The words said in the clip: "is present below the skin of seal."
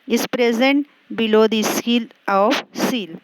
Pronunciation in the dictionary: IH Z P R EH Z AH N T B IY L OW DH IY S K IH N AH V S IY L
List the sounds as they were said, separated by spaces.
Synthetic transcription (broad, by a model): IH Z P R EH Z AH N T B IY L OW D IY S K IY L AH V S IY L